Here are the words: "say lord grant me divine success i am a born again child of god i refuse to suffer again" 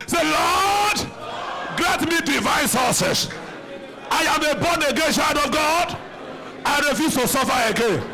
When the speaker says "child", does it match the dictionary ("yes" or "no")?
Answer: no